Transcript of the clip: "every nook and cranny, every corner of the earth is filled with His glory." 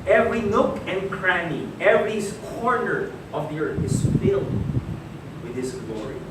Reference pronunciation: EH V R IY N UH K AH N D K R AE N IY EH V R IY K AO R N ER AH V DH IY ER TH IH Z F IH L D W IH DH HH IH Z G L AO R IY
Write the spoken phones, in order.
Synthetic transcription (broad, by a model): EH V R IY N UH K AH N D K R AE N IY EH V R IY K AO R N ER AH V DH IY ER TH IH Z F IH L D W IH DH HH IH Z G L AO R IY